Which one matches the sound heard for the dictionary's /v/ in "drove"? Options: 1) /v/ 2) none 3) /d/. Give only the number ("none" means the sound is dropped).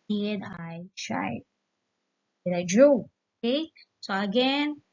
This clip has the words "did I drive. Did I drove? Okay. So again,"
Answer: 2